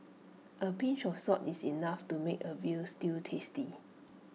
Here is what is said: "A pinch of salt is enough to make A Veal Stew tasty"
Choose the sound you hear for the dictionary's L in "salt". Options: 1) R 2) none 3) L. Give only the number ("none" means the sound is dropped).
2